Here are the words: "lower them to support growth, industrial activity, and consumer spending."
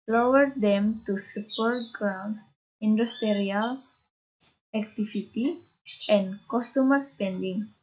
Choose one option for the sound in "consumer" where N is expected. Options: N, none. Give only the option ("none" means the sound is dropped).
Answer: none